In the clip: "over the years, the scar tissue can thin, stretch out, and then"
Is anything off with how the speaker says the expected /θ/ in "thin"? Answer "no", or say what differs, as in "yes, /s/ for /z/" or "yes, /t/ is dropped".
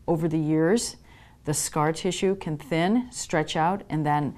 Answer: no